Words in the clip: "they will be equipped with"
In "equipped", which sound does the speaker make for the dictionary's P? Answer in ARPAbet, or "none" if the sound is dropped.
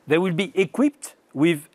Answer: P